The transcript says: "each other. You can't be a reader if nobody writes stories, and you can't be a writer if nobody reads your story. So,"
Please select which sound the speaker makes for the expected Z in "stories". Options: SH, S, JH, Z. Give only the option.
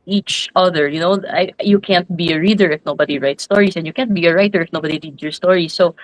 S